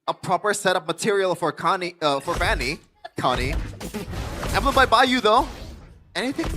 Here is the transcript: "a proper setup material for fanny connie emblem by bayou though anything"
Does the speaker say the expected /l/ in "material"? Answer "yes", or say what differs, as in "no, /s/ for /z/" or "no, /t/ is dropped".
no, /n/ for /l/